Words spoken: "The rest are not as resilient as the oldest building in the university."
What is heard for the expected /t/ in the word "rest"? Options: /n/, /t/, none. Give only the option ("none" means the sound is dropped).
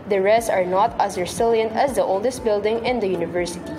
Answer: none